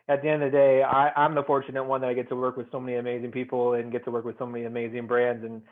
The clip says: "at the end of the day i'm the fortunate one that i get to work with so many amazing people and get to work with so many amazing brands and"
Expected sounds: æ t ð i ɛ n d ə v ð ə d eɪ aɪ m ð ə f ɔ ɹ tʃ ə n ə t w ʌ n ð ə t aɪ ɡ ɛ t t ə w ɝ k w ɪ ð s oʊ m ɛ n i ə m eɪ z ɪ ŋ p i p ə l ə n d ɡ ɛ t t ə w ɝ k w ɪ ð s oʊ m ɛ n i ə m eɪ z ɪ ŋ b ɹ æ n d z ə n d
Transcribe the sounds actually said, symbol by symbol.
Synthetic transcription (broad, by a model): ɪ t ð i ɛ n d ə ð ə d eɪ aɪ m ð ə f ɔ ɹ tʃ ə n ə t w ʌ n ð ə t aɪ ɡ ɛ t t ə w ɝ k w ɪ ð s oʊ m ɛ n i ə m eɪ z ɪ ŋ p i p l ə n ɡ ɛ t t ə w ɝ k w ɪ ð s oʊ m ɛ n i ə m eɪ z ɪ ŋ b ɹ æ n d z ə n